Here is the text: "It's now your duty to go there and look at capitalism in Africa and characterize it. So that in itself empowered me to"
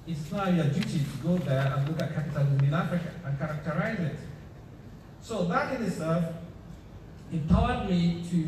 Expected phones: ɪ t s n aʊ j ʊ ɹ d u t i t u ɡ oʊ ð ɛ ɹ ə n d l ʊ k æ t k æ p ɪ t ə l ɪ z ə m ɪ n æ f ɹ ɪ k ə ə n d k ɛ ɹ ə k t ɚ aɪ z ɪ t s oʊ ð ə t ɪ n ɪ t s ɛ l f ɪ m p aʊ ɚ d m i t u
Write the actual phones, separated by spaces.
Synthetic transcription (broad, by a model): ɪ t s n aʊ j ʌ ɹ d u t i t u ɡ oʊ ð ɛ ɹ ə n l ʊ k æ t k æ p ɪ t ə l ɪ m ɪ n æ f ɹ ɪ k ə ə n k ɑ ɹ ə k t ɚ aɪ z ɪ t s oʊ ð ə t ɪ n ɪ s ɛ f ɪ p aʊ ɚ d m i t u